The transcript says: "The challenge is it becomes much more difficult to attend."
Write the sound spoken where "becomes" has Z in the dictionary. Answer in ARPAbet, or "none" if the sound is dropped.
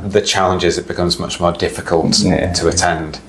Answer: Z